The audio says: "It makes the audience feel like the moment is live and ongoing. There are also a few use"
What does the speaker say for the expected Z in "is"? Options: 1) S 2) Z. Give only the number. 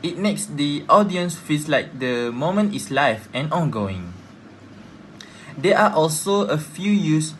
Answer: 1